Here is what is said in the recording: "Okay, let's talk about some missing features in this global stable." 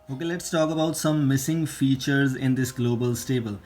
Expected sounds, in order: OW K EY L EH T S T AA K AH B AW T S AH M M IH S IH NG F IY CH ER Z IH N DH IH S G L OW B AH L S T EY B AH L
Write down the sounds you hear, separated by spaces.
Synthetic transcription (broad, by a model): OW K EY L EH T S T AA K AH B AW T S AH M M IH S IH NG F IY CH ER Z IH N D IH S G L OW B AH L S T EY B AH L